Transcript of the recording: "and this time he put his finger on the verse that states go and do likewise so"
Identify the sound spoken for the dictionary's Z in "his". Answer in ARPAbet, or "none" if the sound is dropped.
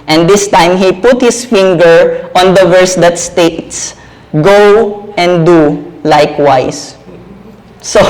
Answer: S